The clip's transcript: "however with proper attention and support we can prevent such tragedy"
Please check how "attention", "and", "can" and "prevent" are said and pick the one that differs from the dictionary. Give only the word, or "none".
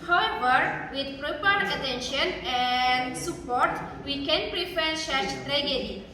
prevent